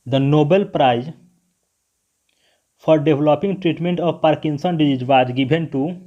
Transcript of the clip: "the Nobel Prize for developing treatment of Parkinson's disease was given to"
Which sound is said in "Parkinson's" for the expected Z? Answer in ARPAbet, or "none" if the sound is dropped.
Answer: none